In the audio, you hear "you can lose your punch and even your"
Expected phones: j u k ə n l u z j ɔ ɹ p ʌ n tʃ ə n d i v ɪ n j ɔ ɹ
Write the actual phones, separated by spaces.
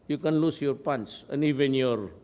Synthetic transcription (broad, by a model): j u k ə n l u s j ɔ ɹ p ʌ n s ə n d i v ɪ n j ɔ ɹ